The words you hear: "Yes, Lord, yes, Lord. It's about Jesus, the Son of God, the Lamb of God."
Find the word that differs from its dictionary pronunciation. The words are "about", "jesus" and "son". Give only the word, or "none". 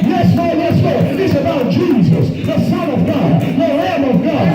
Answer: none